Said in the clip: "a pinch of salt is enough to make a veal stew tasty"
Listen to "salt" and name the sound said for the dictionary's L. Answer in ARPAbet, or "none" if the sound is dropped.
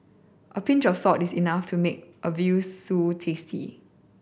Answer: none